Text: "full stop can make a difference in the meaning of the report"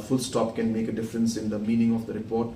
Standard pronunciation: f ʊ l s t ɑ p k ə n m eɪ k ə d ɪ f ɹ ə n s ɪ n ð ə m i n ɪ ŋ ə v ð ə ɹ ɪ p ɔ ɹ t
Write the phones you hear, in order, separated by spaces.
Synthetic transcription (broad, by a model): f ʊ l s t ɑ p k ə n m eɪ k ə d ɪ f ɹ ə n s ɪ n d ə m i n ɪ ŋ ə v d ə ɹ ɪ p ɔ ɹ t